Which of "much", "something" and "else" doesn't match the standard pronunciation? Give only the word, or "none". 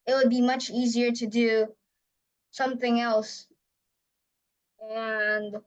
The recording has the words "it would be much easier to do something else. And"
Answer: none